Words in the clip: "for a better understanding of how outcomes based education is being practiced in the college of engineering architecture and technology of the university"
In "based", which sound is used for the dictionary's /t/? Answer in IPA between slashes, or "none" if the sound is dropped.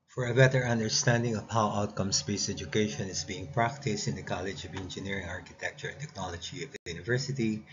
none